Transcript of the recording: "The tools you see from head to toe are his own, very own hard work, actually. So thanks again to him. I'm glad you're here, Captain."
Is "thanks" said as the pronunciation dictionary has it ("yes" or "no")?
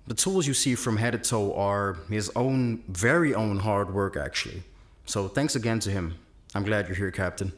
yes